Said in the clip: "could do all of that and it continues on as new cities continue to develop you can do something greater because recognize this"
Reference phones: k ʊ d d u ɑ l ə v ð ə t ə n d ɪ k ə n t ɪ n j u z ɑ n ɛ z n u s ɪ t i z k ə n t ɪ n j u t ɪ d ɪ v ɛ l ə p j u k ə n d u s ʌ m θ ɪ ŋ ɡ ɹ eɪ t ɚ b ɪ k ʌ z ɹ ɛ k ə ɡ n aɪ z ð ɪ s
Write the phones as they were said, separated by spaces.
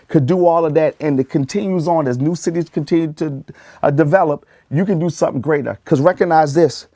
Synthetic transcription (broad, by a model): k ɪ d d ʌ ɑ l ə v ð ə t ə n ɪ k ə n t ɪ n j u z n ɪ z n u s ɪ t i z k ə n t ɪ n j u t ɪ d ɪ v ɛ l ə p j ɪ k ə n d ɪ s ʌ m θ ɪ ŋ ɡ ɹ eɪ t ɚ k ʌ z ɹ ɛ k ə ɡ n aɪ z ð ɪ s